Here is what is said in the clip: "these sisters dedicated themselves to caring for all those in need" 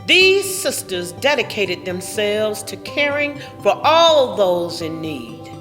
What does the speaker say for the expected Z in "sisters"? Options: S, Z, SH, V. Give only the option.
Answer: Z